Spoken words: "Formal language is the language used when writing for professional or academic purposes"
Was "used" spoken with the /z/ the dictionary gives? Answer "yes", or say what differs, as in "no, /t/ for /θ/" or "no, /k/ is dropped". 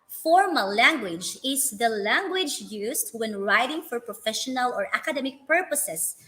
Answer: no, /s/ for /z/